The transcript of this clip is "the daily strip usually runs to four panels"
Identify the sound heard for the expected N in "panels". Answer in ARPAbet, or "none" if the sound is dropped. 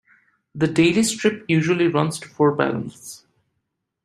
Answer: L